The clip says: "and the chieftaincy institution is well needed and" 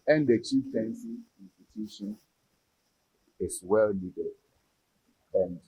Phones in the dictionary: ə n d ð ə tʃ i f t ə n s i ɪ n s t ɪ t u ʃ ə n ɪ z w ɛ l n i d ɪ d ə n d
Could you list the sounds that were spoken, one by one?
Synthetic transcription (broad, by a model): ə n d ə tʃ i t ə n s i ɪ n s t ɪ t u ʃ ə n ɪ s w ɛ l l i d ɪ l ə n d